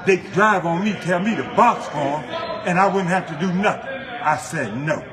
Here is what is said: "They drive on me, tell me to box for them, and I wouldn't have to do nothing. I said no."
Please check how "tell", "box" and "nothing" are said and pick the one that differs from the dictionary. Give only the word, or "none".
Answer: none